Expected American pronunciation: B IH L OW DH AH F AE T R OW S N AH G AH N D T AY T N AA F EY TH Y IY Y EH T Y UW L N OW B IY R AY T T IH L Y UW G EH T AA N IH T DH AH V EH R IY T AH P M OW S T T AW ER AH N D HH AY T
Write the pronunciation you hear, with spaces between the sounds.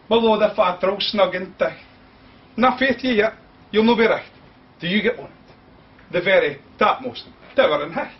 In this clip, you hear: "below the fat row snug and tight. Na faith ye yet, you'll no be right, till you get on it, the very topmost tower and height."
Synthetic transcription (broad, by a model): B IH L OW DH AH F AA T R OW S N AH G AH N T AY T N AA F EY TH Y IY Y EH T Y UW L N OW B IY R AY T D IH Y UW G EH T AA N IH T DH AH V EH R IY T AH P M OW S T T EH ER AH N HH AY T